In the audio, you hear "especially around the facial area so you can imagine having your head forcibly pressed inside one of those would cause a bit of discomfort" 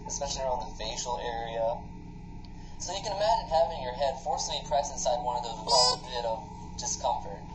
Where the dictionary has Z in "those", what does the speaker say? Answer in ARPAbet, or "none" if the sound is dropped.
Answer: none